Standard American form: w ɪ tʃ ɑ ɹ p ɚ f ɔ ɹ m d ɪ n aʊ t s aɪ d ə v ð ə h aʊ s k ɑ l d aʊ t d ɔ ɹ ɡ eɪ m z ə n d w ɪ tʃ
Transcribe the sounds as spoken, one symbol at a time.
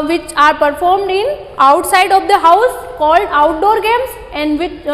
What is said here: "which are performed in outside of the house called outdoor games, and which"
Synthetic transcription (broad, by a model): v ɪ tʃ ɑ ɹ p ɚ f ɔ ɹ m d ɪ n aʊ t s aɪ d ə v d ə h aʊ s k ɑ l d aʊ t d ɔ ɹ ɡ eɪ m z ə n d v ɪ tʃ